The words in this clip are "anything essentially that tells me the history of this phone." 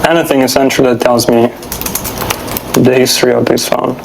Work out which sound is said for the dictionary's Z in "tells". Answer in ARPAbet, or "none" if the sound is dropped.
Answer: Z